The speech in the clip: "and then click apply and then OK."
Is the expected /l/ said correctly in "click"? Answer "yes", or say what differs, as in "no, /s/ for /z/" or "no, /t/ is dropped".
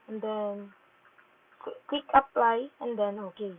no, /w/ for /l/